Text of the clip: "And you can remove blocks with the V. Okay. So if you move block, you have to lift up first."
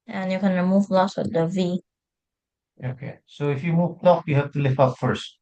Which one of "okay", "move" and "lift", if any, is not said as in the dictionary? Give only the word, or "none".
lift